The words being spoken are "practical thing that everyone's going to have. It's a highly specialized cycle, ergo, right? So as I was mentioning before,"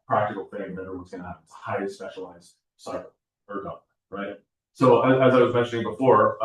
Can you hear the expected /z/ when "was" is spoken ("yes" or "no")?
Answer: yes